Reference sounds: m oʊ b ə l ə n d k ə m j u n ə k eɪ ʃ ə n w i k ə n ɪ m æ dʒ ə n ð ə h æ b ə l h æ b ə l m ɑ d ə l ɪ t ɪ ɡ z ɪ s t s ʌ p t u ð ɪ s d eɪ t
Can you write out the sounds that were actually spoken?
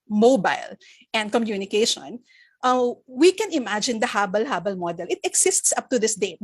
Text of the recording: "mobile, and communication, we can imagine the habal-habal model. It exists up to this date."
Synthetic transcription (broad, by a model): m oʊ b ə l ə n d k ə m j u n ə k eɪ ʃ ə n w i k ə n ɪ m æ dʒ ə n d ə h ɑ b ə l h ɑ b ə l m ɑ d ə l ɪ t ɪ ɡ s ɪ s t s ʌ p t u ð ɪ s d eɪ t